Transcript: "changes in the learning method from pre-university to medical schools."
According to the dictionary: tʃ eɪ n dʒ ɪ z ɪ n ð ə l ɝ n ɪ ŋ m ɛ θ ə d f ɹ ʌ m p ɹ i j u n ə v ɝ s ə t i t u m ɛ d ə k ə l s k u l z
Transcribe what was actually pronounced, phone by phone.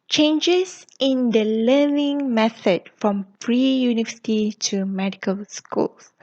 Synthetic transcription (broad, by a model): tʃ eɪ n dʒ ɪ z ɪ n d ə l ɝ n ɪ ŋ m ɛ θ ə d f ɹ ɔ m f ɹ i j u n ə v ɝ s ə t i t u m ɛ d ə k ə l s k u l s